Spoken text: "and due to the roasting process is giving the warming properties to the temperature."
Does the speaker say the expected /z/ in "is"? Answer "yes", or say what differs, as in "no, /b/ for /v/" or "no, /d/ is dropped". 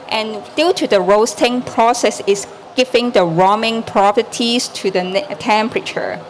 no, /s/ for /z/